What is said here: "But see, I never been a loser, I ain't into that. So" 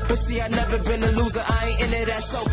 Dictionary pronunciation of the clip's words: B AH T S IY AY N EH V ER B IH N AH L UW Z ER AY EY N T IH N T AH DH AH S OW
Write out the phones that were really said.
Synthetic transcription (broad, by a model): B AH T S IY AY N EH V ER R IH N AH L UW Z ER AY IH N IH T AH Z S OW